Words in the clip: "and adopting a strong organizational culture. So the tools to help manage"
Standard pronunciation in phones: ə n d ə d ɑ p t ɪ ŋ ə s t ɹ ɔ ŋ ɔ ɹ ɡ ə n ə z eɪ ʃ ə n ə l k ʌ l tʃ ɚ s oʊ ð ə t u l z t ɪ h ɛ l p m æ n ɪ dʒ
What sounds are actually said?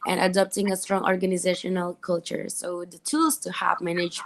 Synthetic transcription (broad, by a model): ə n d ə d ɑ p t ɪ ŋ ə s t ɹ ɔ ŋ ɔ ɹ ɡ ə n ə z eɪ ʃ ə n ə l k ʌ l tʃ ɚ s oʊ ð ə t u l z t ɪ h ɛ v m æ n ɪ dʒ